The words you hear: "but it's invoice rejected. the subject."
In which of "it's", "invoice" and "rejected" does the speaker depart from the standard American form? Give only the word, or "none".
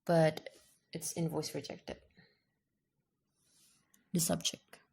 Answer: none